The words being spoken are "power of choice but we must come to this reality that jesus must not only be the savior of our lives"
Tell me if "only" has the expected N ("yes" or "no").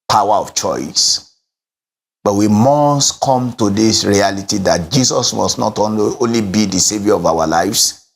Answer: yes